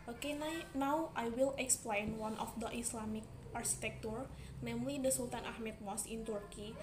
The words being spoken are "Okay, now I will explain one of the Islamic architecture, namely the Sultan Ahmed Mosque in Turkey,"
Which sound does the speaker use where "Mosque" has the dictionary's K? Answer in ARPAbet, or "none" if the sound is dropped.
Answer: none